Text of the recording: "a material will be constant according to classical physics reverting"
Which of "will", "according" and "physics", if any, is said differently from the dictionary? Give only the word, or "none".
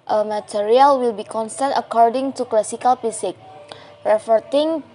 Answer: physics